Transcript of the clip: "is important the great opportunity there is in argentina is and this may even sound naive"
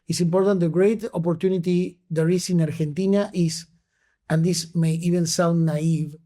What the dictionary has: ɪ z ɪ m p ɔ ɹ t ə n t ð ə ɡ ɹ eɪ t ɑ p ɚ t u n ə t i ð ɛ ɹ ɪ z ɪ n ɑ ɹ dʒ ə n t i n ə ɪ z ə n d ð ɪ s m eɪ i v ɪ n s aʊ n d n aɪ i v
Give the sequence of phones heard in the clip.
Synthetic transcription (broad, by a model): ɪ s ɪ m p ɔ ɹ t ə n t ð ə ɡ ɹ eɪ t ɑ p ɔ t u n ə t i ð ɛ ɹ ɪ s ɪ n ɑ ɹ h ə n t i n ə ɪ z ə n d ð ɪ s m eɪ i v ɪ n s aʊ n d n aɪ i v